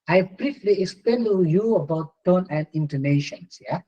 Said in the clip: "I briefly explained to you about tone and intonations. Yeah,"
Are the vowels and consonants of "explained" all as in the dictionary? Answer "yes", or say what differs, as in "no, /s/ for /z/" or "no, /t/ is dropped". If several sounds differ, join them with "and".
no, /l/ is dropped